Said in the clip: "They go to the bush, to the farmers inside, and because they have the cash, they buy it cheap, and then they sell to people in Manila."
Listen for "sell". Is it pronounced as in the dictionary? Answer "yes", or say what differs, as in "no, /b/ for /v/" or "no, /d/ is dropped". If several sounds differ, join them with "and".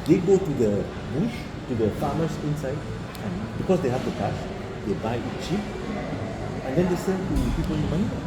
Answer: no, /n/ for /l/